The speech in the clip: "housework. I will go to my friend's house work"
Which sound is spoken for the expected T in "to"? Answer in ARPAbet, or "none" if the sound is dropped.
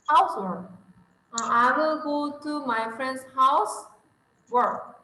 T